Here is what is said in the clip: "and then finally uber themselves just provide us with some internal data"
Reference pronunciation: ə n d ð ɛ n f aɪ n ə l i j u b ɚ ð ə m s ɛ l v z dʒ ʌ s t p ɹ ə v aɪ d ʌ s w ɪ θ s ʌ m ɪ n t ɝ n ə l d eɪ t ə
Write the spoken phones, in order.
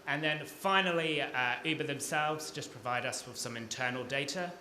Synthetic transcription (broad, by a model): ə n ð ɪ n f aɪ n ə l i u b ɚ ð ə m s ɛ l v z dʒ ʌ s p ɹ ə v aɪ d ʌ s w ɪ s ʌ m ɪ n t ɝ n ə l d eɪ t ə